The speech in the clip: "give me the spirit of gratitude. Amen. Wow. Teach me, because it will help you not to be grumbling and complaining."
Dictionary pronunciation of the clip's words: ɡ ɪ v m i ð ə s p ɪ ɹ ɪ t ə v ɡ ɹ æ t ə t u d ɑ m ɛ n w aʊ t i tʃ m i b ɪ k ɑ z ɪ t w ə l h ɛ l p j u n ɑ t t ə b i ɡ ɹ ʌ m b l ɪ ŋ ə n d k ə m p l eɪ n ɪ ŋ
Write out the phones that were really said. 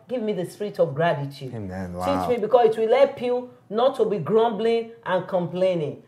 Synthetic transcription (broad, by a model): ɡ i v m i ð ə s p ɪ ɹ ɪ t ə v ɡ ɹ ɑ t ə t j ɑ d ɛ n t i tʃ m i b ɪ k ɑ s ɪ t w ə l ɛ p j u n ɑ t t ə b i ɡ ɹ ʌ m b l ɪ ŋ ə n k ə m p l eɪ n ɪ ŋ